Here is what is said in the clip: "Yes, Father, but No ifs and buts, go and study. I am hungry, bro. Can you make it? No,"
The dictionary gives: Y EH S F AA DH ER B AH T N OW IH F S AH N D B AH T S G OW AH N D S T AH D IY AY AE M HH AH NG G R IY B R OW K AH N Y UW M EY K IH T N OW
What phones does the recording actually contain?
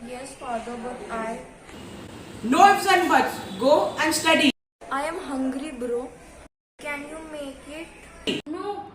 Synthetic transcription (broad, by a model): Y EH S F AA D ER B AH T N OW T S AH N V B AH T G OW AH N D S T AH D IY AY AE M HH AH NG G R IY B R OW K AH N Y UW M EY K IH T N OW